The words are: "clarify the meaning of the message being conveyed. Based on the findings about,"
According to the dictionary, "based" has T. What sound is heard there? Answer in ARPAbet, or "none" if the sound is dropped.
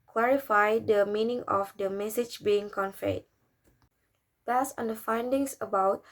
none